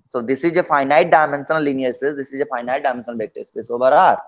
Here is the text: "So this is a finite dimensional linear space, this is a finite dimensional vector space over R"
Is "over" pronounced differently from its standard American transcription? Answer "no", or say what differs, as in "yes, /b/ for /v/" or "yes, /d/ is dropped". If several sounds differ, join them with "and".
yes, /b/ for /v/